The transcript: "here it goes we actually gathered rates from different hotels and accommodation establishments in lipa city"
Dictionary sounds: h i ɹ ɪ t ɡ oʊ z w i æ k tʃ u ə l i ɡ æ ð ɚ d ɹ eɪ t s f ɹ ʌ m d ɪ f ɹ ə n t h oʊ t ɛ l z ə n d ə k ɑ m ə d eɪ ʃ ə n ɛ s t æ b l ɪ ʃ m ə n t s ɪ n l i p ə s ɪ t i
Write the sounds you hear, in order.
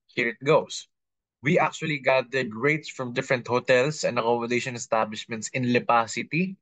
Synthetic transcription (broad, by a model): h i ɹ ɪ t ɡ oʊ s w i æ k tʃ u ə l i ɡ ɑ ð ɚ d ɹ eɪ t s f ɹ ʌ m d ɪ f ɹ ə n t h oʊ t ɛ l s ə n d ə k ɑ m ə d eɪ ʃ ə n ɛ s t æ b l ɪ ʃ m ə n t s ɪ n l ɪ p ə s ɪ t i